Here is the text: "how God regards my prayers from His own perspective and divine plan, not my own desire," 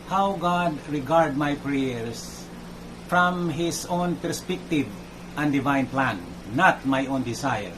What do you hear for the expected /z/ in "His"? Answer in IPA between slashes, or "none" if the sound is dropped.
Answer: /s/